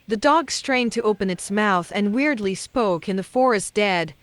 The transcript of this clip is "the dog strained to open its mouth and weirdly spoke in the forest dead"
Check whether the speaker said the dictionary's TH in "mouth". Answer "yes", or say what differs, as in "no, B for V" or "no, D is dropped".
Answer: yes